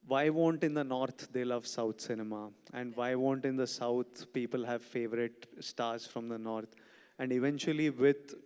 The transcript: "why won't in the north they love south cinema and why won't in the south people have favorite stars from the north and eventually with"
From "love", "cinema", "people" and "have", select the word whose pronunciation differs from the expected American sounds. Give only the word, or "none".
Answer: none